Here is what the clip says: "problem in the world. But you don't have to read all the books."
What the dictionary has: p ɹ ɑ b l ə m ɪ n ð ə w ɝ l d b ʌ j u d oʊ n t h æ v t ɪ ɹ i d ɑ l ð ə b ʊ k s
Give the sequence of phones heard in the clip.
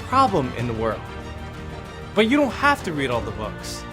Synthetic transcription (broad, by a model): p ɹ ɑ b l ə m ɪ n ð ə w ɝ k b ʌ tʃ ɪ d oʊ n t h æ f t ɪ ɹ i d ɑ l ð ə b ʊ k s